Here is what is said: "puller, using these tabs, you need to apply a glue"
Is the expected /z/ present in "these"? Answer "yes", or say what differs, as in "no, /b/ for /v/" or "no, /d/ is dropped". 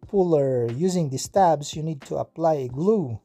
no, /s/ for /z/